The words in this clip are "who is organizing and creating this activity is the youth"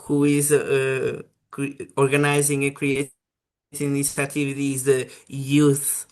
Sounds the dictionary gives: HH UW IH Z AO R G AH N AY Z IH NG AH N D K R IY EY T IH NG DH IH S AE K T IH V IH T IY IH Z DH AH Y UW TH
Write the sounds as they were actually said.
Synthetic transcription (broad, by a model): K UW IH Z AO R G AH N AY Z IH NG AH K R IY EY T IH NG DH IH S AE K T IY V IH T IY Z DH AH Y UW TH